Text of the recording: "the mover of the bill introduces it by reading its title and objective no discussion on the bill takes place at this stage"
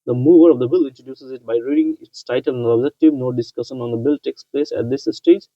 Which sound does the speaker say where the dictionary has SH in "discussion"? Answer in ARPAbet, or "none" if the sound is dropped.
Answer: SH